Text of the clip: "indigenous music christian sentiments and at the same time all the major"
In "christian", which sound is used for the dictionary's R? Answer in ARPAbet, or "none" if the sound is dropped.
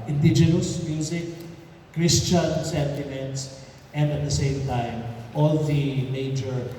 R